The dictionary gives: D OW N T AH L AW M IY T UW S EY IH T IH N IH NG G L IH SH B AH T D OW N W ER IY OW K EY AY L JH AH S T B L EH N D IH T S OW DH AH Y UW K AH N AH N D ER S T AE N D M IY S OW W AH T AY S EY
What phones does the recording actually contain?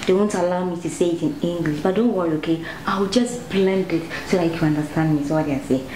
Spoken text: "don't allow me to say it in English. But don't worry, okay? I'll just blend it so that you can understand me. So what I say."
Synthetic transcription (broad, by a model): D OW N T AH L AW M IY T UW S EY IH T IH N IH NG G L IH SH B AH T D OW N W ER IY OW K EY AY W JH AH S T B L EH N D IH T S OW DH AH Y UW K AH N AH N D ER S T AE N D M IY S OW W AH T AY S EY